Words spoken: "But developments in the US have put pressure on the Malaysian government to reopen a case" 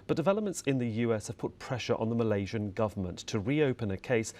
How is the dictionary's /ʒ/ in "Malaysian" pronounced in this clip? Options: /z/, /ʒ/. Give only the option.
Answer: /ʒ/